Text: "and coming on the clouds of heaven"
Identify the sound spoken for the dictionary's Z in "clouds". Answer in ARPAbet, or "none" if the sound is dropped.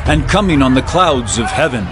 Z